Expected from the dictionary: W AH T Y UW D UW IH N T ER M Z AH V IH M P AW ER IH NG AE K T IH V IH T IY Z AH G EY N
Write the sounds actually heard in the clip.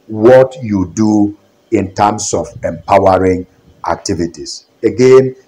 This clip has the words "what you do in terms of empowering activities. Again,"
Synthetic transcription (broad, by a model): W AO T Y UW D UW IH N T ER M S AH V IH M P AW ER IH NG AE K T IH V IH T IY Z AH G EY N